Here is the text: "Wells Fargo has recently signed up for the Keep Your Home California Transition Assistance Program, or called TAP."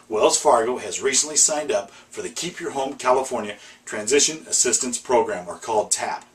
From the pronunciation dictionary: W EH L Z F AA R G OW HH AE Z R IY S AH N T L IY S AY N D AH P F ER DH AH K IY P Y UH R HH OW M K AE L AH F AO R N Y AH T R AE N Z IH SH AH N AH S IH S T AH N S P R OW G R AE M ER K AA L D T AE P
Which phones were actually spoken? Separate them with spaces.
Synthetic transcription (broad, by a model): W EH L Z F AA R G OW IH Z R IY S AH N T L IY S AY N D AH P F ER DH AH K IY P Y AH R HH OW M K AE L AH F AO R N Y AH T R AE N Z IH SH AH N AH S IH S T AH N S P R OW G R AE M ER K AA L D T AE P